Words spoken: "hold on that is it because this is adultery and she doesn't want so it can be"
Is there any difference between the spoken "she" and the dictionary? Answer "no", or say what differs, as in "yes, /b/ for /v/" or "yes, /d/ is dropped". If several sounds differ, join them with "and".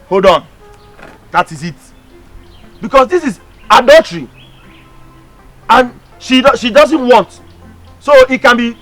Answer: no